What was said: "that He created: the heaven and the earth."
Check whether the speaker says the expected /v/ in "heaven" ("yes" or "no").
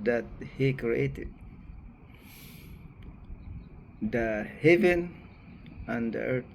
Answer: yes